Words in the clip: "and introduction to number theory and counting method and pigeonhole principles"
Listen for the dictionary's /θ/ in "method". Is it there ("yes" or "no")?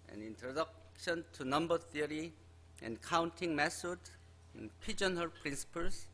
no